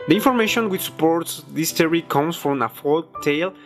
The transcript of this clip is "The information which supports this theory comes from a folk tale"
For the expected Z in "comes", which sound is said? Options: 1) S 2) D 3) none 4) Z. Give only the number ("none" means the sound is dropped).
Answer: 1